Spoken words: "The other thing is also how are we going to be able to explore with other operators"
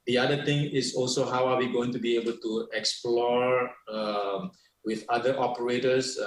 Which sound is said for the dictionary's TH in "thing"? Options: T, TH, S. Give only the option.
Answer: T